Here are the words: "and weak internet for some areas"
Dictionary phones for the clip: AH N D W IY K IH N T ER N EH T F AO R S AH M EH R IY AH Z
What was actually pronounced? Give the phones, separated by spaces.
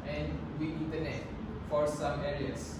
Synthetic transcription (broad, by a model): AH N D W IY IH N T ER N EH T F AO R S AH M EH R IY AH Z